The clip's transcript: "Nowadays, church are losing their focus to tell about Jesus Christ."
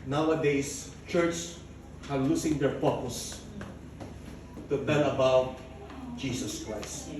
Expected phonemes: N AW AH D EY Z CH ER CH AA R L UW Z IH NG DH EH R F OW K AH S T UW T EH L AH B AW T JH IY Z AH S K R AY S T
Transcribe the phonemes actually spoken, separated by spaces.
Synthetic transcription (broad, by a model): N AW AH D EY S CH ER CH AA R L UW S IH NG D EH R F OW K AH S T UW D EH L AH B AW T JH IY S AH S K R AY S T